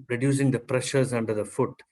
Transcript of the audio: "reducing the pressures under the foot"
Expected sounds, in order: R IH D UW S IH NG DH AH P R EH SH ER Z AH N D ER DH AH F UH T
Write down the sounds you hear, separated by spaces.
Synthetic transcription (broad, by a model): R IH D UW S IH NG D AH P R EH SH ER Z AH N D ER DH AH F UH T